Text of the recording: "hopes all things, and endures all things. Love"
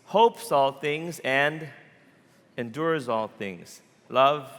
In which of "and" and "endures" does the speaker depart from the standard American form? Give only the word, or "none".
none